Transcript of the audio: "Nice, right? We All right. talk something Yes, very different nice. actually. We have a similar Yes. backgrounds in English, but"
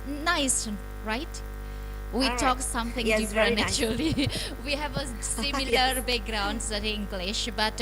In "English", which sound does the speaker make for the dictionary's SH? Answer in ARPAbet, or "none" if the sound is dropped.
SH